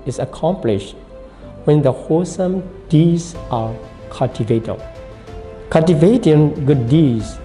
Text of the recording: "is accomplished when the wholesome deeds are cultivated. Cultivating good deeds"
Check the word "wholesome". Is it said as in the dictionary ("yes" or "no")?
no